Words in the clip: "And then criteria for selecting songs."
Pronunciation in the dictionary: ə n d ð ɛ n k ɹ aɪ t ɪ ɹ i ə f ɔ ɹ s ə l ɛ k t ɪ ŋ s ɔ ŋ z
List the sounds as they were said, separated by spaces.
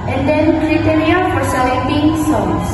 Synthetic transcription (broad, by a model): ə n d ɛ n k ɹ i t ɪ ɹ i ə f ɔ ɹ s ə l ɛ t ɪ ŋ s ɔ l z